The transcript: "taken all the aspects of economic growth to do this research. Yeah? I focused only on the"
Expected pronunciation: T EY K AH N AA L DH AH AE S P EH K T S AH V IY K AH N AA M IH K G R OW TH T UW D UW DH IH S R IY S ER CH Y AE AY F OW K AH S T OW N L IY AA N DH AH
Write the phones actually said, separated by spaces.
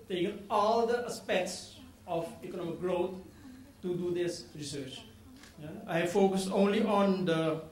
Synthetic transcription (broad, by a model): T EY K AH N AA L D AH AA S P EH K T S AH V IY K AH N AA M IH K G R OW T T UW D UW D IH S R IY S ER CH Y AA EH F OW K AH S T OW N L IY AA N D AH